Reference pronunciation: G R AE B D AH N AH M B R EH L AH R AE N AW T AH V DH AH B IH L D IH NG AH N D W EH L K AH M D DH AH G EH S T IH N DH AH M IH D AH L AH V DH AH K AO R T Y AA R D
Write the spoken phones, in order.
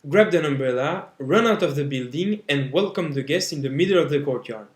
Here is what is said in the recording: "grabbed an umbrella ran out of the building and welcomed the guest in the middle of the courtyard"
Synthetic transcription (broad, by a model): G R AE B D AH N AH M B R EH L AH R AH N AW T AH V DH AH B IH L D IH NG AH N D W EH L K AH M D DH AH G EH S T IH N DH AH M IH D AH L AH V DH AH K AO R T Y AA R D